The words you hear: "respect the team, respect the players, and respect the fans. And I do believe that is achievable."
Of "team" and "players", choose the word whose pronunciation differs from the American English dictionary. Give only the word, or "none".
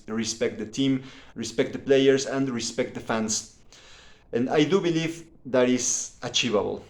players